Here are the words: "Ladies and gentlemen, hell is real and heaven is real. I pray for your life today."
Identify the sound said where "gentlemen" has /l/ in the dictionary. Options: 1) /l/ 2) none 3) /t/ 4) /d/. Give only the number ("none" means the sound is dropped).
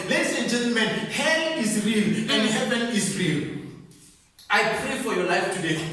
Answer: 1